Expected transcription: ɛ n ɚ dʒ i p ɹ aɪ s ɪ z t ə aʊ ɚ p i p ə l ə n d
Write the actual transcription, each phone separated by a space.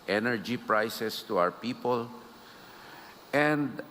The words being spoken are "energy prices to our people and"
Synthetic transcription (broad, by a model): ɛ n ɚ dʒ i p ɹ aɪ s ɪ s t ə aʊ ɚ p i p ə l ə n d